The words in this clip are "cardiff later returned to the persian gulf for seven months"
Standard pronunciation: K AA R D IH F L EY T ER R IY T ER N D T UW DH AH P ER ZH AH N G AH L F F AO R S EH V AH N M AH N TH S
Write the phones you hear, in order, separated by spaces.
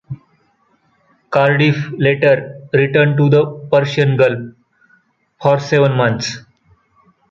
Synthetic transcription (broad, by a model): K AA R D IH F L EY T ER R IY T ER N D T UW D AH P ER SH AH N G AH L P F AO R S EH V AH N M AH N T S